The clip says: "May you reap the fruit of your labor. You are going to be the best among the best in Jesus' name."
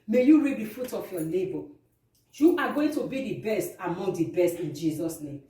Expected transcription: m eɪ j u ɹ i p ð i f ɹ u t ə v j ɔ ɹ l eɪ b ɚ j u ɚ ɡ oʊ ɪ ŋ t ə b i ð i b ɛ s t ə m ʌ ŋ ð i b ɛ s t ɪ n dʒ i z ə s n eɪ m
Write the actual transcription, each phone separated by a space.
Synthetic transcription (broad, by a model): m eɪ j u ɹ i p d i f u t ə f j ɔ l eɪ b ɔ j u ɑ ɡ oʊ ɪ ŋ t ə b i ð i b ɛ s t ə m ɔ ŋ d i b ɛ s t ɪ n dʒ i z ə s n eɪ m